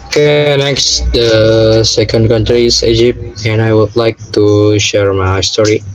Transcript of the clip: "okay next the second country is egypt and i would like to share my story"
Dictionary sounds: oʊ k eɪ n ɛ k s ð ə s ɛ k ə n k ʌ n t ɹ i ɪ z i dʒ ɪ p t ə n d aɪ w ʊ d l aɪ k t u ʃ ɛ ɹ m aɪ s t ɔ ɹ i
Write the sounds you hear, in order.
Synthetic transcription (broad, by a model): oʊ k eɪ n ɛ k s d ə s ɛ k ə n k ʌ n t ɹ i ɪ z i dʒ ɪ p t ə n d aɪ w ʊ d l aɪ k t u ʃ ɛ ɹ m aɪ s t ɔ ɹ i